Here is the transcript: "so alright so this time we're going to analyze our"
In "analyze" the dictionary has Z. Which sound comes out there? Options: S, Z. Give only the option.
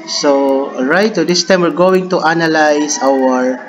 S